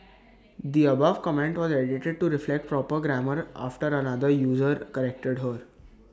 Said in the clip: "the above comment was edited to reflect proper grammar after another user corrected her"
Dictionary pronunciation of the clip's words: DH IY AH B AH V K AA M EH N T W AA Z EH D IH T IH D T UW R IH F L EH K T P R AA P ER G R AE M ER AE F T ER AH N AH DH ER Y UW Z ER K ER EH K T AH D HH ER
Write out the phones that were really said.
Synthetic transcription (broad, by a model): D IY AH B AH V K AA M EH N T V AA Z EH D IH T IH D T UW R IH F L EH K T P R AA P ER G R AE M ER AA F T ER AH N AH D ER Y UW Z ER K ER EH K T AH D HH ER